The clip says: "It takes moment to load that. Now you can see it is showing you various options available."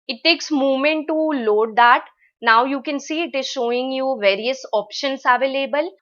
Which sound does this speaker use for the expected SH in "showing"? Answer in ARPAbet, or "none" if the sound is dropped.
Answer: SH